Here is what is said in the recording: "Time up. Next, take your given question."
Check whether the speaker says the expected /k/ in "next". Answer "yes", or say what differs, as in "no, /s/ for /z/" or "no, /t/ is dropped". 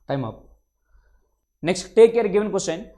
yes